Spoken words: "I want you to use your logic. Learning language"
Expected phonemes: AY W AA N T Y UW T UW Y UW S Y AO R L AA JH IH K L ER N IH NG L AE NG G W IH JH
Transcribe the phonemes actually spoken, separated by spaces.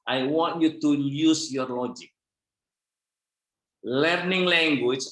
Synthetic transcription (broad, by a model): AY W AA N T Y UW T UW Y UW S Y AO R L AA JH IH K L ER N IH NG L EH NG G W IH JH